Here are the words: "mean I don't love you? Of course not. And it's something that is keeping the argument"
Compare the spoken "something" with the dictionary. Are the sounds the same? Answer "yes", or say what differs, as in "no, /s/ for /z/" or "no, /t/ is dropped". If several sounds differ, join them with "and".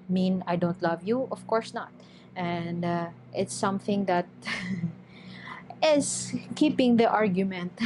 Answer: yes